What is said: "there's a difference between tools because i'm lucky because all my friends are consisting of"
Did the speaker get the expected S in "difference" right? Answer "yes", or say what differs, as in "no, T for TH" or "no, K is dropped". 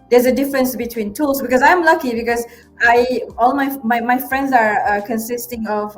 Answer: yes